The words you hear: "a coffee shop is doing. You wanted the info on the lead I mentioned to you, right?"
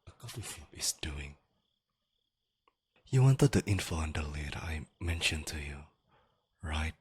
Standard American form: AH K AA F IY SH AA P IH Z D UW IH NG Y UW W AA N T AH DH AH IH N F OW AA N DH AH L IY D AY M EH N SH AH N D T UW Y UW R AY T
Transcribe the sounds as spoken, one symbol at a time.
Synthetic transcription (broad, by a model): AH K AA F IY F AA IH S D UW IH NG Y UW W AA N T AH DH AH IH N F OW AA N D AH L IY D AY M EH N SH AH N T UW Y UW R AY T